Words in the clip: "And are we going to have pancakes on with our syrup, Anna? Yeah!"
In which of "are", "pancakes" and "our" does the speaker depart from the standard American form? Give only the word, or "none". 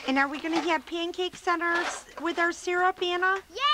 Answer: none